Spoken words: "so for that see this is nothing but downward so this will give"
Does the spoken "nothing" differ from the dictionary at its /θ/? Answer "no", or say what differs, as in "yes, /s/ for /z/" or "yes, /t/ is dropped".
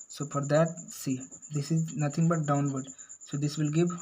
yes, /t/ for /θ/